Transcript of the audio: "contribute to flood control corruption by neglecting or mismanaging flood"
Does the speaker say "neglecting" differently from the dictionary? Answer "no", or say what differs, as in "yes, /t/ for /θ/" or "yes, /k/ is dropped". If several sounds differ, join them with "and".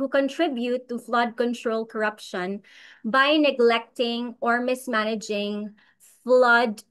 no